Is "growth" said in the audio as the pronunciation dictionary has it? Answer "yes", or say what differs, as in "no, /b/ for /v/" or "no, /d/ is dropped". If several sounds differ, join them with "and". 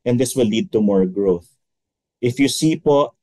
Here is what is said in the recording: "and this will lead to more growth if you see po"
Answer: yes